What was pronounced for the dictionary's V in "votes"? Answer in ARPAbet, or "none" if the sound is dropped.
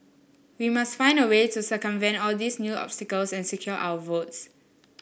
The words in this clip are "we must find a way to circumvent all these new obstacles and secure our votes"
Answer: V